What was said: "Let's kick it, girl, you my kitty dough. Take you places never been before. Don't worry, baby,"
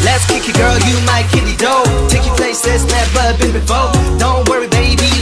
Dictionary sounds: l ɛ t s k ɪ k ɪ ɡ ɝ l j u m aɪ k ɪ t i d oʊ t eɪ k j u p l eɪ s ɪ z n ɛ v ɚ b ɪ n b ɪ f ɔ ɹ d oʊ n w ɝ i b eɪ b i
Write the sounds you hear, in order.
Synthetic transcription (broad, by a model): l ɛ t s k ɪ k ɪ ɡ ɝ l j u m aɪ k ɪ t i d oʊ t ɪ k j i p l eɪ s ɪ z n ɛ b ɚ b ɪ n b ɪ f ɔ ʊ d oʊ n w ɝ i b eɪ b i